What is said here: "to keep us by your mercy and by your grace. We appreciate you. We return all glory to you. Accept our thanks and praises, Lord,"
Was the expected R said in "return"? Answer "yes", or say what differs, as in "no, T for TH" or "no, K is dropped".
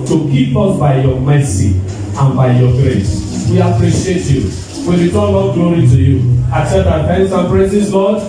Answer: no, W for R